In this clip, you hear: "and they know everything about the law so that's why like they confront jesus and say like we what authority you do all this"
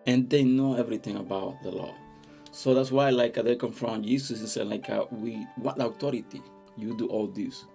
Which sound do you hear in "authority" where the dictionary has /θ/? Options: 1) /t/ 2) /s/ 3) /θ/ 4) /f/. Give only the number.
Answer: 1